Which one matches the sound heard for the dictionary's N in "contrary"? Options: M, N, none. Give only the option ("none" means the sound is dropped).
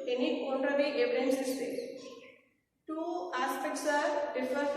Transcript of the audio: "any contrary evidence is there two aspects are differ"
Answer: none